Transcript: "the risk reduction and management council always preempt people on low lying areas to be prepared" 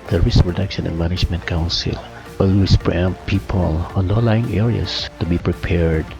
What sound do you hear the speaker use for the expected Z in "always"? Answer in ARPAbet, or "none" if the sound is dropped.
S